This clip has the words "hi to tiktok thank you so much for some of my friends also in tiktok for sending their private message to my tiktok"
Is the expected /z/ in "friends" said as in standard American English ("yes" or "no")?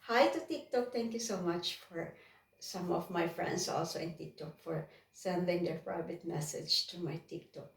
no